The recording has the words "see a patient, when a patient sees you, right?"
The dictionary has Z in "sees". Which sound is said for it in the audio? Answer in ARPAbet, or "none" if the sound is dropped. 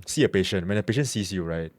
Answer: S